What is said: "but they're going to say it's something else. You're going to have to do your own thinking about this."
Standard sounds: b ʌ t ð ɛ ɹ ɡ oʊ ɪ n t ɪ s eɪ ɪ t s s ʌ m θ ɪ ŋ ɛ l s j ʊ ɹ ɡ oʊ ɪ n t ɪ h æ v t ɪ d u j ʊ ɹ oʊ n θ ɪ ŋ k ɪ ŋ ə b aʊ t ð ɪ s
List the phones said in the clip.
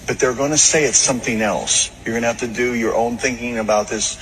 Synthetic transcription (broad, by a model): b ʌ t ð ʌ ɹ ɡ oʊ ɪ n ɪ s eɪ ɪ t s s ʌ m θ ɪ ŋ ɛ l s j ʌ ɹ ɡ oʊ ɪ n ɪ h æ f t ɪ d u j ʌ ɹ oʊ n θ ɪ ŋ k ɪ ŋ ə b aʊ t ð ɪ s